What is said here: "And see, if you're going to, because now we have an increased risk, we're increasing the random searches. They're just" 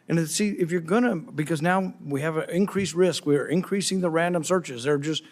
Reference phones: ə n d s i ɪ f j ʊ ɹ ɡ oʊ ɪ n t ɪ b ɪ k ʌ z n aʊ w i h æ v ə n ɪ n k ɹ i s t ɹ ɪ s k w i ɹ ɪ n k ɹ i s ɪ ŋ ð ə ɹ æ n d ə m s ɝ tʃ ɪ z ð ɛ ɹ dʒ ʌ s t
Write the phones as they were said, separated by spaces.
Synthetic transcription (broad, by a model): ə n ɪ s i ɪ f j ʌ ɹ ɡ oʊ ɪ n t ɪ b ɪ k ʌ z n aʊ w i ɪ v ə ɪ n k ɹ i s ɹ ɪ s k w i ɹ ɪ n k ɹ i s ɪ ŋ ð ə ɹ æ n d ə m s ɝ tʃ ɪ z ð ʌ ɹ dʒ ʌ s t